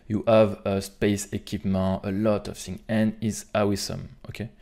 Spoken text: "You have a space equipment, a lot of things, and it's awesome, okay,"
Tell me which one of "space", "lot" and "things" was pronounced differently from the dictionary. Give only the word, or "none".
things